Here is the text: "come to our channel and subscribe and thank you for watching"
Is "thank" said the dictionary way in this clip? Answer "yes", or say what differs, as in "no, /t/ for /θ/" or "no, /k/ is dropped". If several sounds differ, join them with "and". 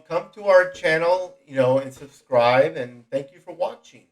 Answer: yes